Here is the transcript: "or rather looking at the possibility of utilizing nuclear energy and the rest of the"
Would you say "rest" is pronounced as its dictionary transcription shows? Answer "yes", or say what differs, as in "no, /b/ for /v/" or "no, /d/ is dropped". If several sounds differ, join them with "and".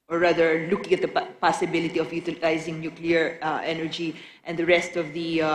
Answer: yes